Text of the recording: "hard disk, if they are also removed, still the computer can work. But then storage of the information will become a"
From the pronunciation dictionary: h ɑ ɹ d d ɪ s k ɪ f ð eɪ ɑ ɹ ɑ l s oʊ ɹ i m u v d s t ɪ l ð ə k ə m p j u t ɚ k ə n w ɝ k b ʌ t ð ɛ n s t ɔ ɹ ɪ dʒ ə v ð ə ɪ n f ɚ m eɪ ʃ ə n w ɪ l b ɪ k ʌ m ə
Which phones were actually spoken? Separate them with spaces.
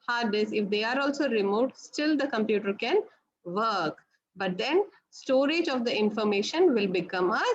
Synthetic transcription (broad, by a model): h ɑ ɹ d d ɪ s ɪ f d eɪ ɑ ɹ ɑ l s oʊ ɹ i m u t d s t ɪ l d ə k ə m p j u t ɚ k ə n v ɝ k b ʌ t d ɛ n s t ɔ ɹ ɪ dʒ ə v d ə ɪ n f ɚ m eɪ ʃ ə n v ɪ l b ɪ k ʌ m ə